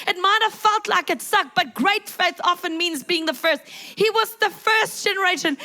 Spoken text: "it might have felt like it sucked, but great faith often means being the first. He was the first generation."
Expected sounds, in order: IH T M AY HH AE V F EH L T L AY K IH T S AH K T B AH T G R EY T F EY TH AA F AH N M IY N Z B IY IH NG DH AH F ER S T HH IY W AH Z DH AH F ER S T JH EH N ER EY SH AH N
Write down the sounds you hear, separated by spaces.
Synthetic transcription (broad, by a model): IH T M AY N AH F EH L T L AY K IH T S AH K B AH T G R EY T F EY TH AA F AH N M IY N Z B IY IH NG DH AH F ER S T HH IY W AH Z DH AH F ER S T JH EH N ER EY SH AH N